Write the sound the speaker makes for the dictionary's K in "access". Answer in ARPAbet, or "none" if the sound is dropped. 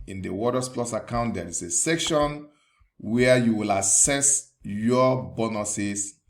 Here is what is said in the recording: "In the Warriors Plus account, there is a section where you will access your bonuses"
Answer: none